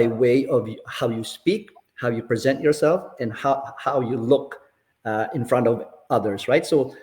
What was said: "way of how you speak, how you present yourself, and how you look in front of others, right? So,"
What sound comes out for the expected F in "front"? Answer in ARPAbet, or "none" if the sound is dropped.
F